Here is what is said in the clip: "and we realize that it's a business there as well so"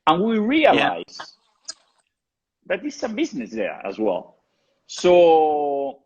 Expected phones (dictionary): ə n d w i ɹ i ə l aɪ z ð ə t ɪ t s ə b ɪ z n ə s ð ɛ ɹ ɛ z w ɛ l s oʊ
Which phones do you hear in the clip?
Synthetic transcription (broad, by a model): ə n w i ɹ i ə l aɪ z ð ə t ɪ s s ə b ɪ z n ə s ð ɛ ɹ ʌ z w ɛ l s oʊ